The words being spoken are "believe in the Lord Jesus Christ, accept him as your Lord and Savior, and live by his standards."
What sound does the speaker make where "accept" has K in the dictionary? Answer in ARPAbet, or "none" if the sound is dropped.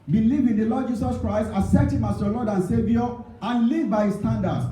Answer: none